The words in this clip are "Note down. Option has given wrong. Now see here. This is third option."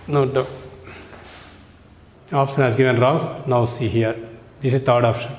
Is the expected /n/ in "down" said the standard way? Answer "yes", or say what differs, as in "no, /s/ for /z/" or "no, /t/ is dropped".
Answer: no, /n/ is dropped